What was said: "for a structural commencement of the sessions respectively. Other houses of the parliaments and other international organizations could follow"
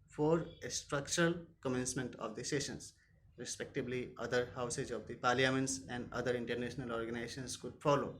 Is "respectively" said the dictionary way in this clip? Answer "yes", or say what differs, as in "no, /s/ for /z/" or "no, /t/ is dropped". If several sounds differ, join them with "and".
no, /b/ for /v/